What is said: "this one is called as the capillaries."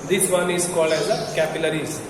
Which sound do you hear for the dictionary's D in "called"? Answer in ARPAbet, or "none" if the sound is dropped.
none